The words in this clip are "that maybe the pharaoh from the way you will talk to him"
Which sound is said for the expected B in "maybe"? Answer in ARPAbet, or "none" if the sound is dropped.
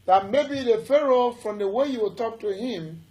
B